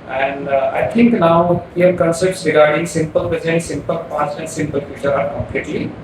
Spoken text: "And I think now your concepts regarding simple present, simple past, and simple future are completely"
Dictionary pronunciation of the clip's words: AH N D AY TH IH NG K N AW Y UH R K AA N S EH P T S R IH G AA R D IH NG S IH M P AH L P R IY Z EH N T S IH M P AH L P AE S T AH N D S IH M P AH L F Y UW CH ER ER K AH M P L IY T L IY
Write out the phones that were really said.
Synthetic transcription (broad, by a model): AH N D AY T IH NG K N AW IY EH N K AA N S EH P T S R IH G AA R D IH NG S IH M P AH L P IY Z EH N S IH M P AH L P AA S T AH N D S IH M P AH L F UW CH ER ER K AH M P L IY T L IY